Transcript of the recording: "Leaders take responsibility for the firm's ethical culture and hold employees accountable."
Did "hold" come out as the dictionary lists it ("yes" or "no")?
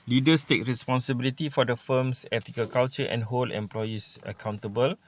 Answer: no